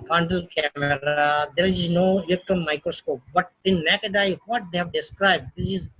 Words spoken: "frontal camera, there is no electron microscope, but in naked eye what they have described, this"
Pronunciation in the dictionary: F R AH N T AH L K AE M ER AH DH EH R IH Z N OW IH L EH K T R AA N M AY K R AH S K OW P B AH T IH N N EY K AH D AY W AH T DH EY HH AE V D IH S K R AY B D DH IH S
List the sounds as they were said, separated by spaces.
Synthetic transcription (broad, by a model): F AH N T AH L K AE M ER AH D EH R IH Z N OW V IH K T AA M AY K R AH S K OW P B AH T IH N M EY K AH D AY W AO T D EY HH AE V D IH S K R AY B D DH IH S